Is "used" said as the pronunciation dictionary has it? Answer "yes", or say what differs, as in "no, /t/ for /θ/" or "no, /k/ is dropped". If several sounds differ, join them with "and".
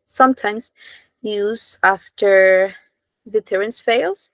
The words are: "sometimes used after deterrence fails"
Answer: no, /d/ is dropped